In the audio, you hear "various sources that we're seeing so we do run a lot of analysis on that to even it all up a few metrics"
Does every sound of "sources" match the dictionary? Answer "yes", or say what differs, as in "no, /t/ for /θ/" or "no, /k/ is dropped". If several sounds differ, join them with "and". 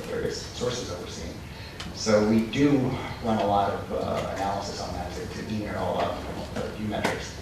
yes